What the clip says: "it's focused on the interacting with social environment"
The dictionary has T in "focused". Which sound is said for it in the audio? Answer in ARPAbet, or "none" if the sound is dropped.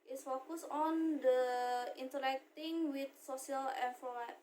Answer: none